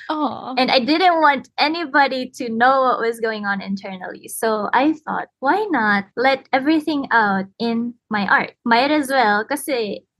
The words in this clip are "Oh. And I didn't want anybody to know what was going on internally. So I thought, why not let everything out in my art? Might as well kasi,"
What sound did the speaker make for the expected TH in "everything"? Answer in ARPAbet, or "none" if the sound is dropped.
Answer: TH